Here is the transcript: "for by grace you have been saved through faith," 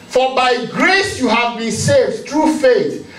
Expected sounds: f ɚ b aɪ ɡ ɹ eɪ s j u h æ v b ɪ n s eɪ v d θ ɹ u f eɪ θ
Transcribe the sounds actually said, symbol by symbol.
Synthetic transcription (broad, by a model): f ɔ b aɪ ɡ ɹ eɪ s j u h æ v b ɪ n s eɪ v d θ ɹ u f eɪ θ